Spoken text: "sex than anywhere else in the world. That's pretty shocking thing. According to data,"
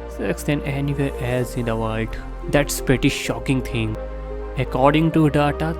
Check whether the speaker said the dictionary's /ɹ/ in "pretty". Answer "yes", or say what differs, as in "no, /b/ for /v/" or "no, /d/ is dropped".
yes